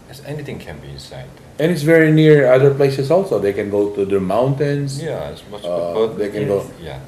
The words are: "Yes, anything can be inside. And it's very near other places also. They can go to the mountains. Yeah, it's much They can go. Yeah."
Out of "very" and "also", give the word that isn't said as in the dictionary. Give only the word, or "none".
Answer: none